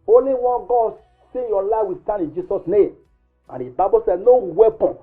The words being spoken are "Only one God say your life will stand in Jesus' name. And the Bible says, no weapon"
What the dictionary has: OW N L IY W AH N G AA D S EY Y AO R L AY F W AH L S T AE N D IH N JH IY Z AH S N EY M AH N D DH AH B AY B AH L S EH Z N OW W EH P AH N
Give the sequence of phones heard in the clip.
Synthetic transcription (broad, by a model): OW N L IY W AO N G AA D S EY Y AO L AY F W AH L S T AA N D IH N JH IY S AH S N EY M AH N D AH B AY B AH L S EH N OW W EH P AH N